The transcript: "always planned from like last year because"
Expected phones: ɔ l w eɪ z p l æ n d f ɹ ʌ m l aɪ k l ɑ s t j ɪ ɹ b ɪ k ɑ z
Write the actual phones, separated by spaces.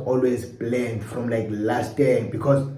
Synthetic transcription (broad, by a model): ɔ l w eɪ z b l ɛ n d f ɹ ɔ m l aɪ k l ɑ s t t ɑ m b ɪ k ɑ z